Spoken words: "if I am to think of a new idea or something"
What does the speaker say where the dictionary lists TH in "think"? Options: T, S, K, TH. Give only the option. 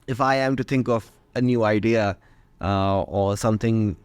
TH